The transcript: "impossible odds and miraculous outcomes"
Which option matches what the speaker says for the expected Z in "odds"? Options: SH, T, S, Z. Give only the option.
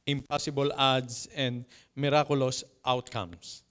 S